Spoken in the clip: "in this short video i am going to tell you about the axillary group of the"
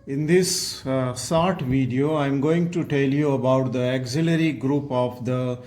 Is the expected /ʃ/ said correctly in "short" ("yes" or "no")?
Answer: no